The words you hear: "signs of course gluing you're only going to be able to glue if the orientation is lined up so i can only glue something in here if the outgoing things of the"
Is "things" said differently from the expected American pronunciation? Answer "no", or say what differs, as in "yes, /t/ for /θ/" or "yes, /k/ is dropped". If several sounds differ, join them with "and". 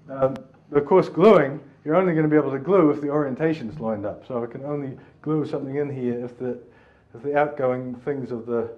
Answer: no